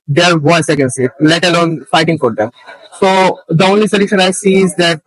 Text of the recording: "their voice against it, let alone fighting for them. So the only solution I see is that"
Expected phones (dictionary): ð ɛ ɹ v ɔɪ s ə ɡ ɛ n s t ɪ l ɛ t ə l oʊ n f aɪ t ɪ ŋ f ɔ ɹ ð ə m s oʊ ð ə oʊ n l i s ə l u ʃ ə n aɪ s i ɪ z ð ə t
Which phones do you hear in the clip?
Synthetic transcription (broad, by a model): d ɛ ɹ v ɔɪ s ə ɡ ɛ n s ɪ l ɛ t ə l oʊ n f aɪ t ɪ ŋ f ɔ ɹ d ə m s oʊ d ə oʊ n l i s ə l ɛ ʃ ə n aɪ s i ɪ z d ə t